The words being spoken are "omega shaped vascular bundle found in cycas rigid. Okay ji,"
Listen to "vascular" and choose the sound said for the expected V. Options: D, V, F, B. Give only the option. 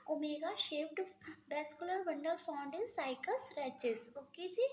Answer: B